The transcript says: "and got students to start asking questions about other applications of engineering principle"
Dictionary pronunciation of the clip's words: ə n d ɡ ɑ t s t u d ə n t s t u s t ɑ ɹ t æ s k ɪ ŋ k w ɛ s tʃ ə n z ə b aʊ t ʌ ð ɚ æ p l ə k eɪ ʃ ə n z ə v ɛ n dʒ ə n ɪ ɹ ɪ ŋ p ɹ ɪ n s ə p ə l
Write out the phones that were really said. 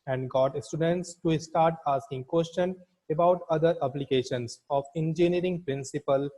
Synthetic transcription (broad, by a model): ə n d ɡ ɑ t s t u d ə n t s t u s t ɑ ɹ t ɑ s k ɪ ŋ k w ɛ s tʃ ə n ə b aʊ t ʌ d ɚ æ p l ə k eɪ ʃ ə n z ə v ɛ n dʒ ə n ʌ ɹ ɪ ŋ p ɹ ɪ n s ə p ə l